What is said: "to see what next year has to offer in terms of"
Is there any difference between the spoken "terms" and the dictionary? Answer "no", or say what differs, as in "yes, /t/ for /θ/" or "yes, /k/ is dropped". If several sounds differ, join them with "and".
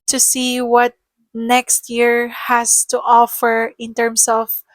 yes, /s/ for /z/